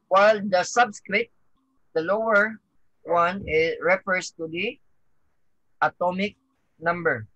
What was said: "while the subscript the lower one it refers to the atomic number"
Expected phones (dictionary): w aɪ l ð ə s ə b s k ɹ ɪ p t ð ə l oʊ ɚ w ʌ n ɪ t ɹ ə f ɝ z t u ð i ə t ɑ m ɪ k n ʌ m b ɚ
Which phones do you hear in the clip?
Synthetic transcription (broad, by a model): w aɪ l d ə s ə b s k ɹ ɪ t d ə l oʊ ɚ w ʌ n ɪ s ɹ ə f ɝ s t u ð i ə t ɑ m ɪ k n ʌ m b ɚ